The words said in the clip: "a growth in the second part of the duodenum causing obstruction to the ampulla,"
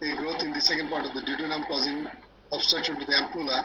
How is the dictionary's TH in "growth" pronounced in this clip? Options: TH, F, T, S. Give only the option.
T